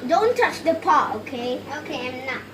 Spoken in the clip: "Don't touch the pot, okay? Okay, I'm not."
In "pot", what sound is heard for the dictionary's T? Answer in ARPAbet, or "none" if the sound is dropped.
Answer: none